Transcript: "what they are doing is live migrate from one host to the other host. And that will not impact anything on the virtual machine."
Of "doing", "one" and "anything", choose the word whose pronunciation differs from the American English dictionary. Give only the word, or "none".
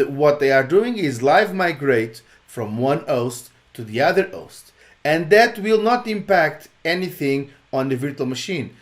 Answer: none